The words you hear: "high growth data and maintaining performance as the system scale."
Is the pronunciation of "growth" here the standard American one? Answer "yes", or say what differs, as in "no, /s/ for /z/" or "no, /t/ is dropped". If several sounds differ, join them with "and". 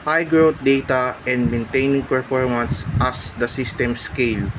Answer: no, /t/ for /θ/